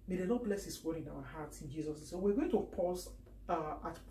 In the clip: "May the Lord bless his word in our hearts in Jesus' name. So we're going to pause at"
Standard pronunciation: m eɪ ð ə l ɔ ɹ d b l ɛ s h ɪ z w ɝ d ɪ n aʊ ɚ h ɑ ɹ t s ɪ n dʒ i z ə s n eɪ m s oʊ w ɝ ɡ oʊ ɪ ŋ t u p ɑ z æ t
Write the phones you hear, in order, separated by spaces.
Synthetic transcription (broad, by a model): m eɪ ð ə n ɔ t b l ɛ s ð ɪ s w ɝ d ɪ n aʊ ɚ h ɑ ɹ t s ɪ n dʒ i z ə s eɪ s oʊ w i ɡ oʊ ɪ ŋ t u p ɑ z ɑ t